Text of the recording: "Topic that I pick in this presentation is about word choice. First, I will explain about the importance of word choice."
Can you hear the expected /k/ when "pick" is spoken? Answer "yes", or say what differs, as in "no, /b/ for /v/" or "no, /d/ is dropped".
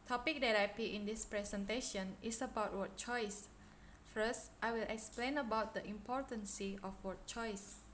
no, /k/ is dropped